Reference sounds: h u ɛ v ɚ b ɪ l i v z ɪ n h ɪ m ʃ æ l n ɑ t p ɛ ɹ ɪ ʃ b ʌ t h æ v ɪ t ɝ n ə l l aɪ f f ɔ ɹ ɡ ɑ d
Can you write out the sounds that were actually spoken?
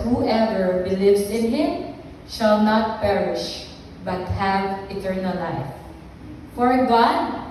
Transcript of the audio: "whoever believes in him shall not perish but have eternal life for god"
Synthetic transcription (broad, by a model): h u ɛ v ɚ b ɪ l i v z ɪ n h ɪ m ʃ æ l n ɑ t p ɛ ɹ ɪ ʃ b ʌ t h æ v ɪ t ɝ n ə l l aɪ f f ɔ ɹ ɡ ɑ d